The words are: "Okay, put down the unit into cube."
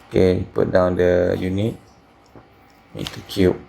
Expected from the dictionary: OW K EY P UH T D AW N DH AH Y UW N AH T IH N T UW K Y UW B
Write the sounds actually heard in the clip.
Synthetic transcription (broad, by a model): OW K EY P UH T D AW N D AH Y UW N AH T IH T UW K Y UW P